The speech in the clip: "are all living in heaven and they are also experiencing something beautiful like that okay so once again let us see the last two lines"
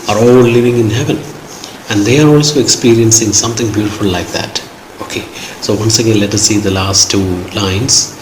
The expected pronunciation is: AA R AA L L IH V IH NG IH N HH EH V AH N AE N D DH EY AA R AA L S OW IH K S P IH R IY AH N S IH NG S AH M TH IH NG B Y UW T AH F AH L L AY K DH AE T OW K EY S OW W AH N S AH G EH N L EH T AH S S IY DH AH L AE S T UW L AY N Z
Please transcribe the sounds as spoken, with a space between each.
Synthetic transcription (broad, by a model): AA R AA L L IH V IH NG IH N HH EH V AH N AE N D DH EY AA R AA L S OW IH K S P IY R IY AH N S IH NG S AH M T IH NG B Y UW T AH F AH L L AY K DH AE T OW K EY S OW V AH N S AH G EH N L EH T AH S S IY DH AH L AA S T UW L AY N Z